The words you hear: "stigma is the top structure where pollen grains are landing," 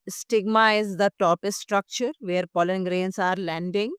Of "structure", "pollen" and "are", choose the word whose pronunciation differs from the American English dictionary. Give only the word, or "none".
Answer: none